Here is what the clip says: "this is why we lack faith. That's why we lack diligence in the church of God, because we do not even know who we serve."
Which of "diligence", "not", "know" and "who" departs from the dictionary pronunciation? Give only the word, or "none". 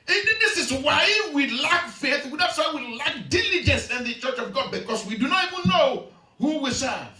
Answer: none